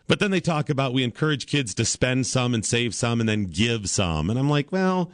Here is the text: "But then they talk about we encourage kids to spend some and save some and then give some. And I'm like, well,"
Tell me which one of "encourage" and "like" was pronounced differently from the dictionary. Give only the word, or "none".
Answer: none